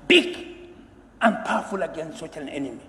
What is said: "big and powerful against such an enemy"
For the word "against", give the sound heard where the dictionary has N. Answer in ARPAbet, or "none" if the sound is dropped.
N